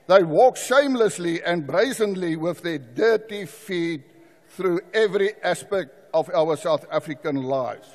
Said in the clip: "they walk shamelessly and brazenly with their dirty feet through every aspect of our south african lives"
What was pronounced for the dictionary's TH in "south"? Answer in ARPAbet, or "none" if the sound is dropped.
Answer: TH